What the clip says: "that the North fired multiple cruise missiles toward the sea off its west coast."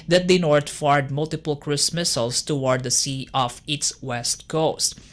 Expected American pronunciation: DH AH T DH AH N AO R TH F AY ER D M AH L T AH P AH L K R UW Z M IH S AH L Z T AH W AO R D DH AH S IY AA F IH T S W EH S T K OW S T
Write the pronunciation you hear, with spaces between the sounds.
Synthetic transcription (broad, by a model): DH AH T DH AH N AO R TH F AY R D M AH L T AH P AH L K R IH S M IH S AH L S T AH W AO R D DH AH S IY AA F IH T S W EH S T K OW S T